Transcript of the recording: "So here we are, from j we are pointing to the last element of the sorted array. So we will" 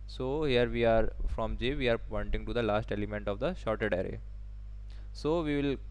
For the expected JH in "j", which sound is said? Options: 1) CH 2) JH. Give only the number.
2